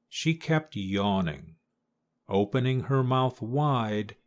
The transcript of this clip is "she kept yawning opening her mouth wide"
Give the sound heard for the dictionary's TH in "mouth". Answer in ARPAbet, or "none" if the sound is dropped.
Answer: TH